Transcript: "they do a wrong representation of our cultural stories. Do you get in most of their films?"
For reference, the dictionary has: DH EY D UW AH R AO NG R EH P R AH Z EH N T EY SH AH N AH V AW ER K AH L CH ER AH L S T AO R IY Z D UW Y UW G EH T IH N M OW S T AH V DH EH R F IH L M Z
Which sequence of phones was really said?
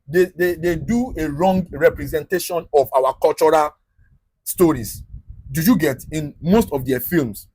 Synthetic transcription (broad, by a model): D EY D UW AH R AO NG R EH P R AH Z EH N T EY SH AH N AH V AW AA K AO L CH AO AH L S T AO R IY S D UW Y UW G EH T IH N M OW S T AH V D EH F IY L M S